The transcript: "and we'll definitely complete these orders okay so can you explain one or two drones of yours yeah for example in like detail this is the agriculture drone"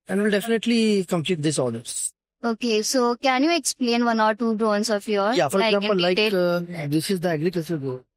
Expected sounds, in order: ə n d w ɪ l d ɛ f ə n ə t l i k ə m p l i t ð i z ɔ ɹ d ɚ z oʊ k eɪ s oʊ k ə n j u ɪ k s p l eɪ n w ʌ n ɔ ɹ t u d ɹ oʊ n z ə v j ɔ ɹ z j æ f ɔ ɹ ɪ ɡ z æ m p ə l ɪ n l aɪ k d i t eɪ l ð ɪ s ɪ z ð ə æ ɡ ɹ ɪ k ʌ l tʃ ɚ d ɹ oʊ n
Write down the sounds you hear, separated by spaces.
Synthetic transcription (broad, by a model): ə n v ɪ l d ɛ f ə n ə t l i k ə m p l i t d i s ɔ l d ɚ s oʊ k eɪ s oʊ k ə n j u ɪ k s p l eɪ n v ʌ n ɔ ɹ t u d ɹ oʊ n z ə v j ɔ ɹ j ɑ f ɔ ɹ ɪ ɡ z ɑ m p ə l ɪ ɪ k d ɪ s ɪ z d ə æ ɡ ɹ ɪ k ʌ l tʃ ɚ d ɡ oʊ